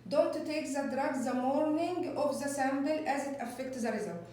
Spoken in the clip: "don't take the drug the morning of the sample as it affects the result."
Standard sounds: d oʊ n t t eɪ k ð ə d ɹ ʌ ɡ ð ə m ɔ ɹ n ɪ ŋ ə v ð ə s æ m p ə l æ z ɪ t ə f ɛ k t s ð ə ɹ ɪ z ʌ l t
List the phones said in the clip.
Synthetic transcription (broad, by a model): d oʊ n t t eɪ k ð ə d ɹ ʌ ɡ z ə m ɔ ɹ n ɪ ŋ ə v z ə s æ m b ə l æ z ɪ t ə f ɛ k t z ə ɹ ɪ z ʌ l